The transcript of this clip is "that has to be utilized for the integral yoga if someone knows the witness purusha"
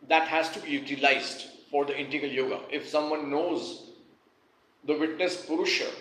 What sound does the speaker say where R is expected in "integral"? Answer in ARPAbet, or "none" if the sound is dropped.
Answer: none